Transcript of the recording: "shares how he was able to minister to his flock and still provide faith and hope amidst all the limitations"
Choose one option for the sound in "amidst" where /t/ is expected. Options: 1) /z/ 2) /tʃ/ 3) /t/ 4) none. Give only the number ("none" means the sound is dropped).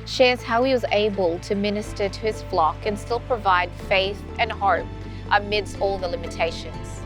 3